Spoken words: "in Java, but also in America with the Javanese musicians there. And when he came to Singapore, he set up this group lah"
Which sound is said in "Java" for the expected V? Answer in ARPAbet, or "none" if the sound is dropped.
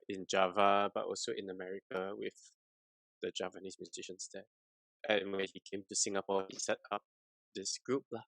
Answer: V